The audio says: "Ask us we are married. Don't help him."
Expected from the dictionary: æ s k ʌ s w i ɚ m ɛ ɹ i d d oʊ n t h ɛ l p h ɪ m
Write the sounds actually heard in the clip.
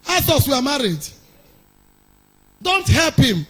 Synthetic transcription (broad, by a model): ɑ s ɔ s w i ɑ m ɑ ɹ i d d oʊ n t h ɛ l p h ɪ m